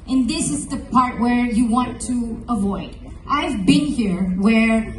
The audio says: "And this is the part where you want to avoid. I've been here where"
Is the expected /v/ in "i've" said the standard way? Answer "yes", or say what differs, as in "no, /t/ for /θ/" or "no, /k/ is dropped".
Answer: yes